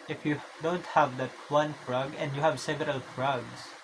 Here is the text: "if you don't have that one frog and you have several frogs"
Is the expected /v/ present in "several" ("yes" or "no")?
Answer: yes